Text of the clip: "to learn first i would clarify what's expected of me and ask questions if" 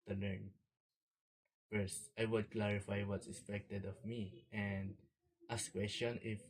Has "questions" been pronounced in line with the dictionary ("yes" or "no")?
no